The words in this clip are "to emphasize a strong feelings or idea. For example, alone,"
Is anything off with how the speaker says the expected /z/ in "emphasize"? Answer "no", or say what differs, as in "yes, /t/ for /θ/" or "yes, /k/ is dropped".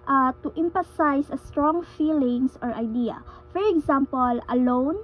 yes, /s/ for /z/